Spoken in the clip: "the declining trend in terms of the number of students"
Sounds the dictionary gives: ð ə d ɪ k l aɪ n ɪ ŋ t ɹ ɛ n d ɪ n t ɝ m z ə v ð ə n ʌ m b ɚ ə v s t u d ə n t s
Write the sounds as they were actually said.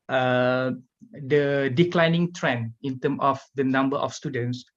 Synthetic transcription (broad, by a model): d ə d ɪ k l aɪ n ɪ ŋ t ɹ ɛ n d ɪ n t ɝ m ə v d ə n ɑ m b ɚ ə f s t u d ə n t s